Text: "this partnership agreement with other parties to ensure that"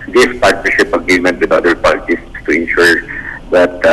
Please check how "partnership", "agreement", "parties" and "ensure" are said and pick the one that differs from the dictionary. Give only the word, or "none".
parties